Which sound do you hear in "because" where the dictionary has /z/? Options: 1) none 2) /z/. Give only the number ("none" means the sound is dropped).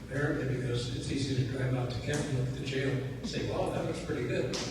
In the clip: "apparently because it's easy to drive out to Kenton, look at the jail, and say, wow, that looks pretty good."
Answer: 2